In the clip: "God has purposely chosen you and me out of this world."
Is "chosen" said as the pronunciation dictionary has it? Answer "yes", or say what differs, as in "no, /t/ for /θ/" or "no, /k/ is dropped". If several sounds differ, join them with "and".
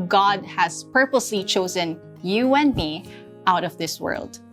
yes